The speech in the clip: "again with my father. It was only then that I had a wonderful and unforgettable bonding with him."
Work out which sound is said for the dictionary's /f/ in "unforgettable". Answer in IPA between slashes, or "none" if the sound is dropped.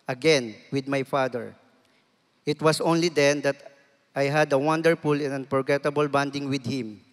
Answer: /p/